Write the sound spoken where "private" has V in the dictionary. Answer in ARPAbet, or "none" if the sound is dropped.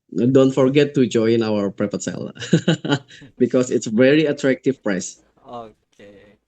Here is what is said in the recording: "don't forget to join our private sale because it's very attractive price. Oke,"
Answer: P